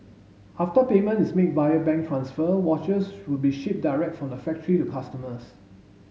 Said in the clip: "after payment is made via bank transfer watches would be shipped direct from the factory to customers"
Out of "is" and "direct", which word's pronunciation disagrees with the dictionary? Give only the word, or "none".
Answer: is